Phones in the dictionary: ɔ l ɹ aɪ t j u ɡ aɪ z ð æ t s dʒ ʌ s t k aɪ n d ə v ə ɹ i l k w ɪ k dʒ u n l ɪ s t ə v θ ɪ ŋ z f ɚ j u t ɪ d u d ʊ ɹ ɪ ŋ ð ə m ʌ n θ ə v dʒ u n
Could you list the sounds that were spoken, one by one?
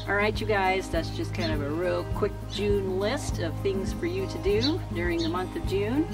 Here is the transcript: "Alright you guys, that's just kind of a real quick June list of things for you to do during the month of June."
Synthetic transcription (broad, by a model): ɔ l ɹ aɪ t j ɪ ɡ aɪ z ð æ t s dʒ ʌ s k aɪ n d ə v ə ɹ i l k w ɪ k dʒ u n l ɪ s t ə v θ ɪ ŋ z f ɚ j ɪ t ɪ d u d ʊ ɹ ɪ ŋ ð ə m ʌ n θ ə v dʒ u n